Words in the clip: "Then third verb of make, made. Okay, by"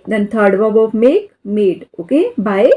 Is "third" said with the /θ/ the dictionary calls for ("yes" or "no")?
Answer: no